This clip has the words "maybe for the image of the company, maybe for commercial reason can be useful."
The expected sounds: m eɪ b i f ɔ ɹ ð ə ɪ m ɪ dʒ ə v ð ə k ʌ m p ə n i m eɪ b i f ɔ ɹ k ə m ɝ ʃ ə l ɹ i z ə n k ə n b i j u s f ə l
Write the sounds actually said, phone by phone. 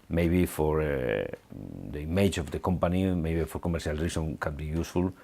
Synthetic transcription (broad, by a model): m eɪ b i f ɔ ɹ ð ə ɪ m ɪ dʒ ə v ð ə k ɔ m p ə n i m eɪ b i f ɔ ɹ k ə m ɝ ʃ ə l ɹ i s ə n k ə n b i j u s f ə l